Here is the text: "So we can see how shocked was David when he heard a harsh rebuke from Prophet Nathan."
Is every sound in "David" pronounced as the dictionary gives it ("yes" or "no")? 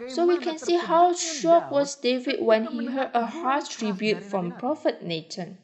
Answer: yes